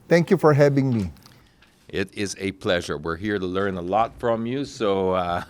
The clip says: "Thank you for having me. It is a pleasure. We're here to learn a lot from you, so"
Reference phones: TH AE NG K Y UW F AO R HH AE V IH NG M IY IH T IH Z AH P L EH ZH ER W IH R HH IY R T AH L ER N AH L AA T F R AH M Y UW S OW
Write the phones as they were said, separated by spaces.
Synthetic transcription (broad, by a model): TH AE NG K Y UW F AO R HH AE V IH NG M IY IH T IH Z AH P L EH ZH ER W IH R HH IY R T AH L ER N AH L AA T F R AH M Y UW S OW